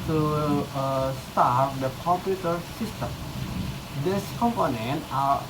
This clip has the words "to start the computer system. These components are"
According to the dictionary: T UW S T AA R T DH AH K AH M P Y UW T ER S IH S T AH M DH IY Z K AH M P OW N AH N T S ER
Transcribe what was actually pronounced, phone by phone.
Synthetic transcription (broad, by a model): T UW S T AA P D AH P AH P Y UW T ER S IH S T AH M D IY S K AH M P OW N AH N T ER